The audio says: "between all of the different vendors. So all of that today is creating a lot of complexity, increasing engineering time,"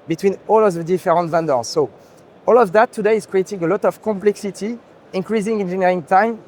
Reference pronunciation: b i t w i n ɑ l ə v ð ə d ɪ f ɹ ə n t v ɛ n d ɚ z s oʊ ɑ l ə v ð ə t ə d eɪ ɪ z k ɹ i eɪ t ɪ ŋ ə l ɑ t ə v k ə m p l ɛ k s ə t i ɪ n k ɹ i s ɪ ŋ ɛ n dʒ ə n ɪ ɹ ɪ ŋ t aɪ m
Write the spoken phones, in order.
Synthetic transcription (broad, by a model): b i t w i n ɑ l ə v ð ə d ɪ f ɹ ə n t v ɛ n d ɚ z s oʊ ɑ l ə v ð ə t ə d eɪ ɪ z k ɹ i eɪ t ɪ ŋ ə l ɑ t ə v k ə m p l ɛ k s ə t i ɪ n k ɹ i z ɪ ŋ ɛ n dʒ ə n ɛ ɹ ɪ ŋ t aɪ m